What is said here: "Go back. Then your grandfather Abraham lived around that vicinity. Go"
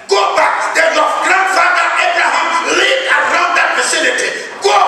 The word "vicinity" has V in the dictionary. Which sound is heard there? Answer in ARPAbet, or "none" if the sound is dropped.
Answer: F